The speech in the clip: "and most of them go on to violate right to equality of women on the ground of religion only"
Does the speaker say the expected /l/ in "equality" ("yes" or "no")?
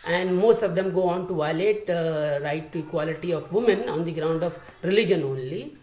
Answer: yes